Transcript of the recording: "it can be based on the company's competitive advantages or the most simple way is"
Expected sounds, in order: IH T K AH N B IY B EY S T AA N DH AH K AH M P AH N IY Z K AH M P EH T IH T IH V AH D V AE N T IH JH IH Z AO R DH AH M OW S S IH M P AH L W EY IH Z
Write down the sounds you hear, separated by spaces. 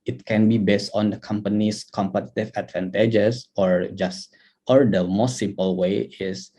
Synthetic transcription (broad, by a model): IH T K AH N B IY B EY S T AA N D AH K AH M P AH N IY S K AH M P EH T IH T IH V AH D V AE N T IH JH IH S AO R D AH M OW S S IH M P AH L W EY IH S